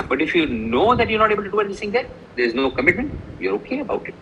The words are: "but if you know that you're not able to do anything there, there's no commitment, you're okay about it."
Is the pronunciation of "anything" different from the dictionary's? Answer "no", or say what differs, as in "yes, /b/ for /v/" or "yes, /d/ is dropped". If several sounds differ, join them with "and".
yes, /s/ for /θ/